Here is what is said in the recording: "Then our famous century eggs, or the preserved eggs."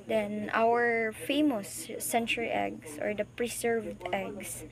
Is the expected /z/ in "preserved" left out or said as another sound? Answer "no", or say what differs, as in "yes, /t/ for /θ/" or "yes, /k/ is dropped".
yes, /s/ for /z/